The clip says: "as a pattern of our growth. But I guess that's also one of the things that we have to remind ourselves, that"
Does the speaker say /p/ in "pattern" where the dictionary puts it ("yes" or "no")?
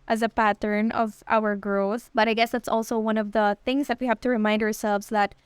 yes